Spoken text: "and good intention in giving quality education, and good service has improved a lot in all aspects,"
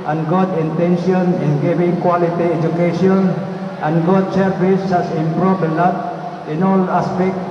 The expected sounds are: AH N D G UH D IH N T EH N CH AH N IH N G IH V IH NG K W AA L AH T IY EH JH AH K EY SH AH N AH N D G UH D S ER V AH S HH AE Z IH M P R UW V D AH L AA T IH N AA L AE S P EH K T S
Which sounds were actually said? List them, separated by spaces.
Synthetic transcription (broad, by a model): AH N G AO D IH N T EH N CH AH N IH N G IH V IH NG K W AA L AH T IY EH JH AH K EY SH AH N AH N G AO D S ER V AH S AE S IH M P R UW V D AH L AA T IH N AA L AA S P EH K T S